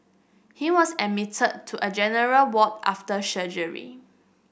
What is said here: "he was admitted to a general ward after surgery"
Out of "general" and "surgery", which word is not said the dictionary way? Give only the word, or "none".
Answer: surgery